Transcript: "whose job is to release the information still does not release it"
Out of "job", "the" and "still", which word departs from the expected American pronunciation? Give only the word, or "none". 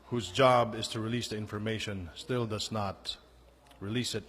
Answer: none